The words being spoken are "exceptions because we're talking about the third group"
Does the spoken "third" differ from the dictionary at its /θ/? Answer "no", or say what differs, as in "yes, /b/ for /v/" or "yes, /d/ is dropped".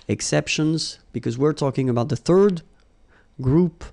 no